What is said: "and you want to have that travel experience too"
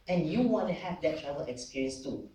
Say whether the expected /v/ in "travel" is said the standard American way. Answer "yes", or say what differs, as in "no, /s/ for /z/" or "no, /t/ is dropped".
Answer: no, /v/ is dropped